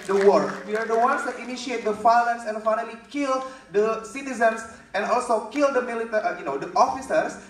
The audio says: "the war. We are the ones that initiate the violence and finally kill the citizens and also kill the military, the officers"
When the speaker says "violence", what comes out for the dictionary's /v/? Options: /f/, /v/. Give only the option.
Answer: /f/